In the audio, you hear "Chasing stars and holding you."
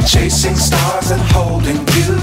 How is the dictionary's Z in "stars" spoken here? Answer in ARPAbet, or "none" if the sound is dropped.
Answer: Z